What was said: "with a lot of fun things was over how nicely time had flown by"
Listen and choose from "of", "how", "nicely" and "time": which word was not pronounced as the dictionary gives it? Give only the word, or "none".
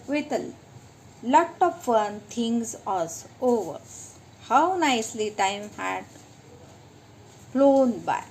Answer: of